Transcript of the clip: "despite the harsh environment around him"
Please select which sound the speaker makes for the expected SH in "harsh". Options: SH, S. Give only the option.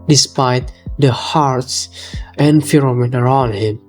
S